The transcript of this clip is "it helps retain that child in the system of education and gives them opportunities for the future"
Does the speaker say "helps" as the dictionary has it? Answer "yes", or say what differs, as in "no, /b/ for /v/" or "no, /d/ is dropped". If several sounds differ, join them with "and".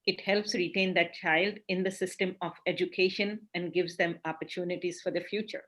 yes